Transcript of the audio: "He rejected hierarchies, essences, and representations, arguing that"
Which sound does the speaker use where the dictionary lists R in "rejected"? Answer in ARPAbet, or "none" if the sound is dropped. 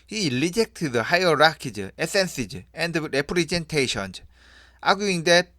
L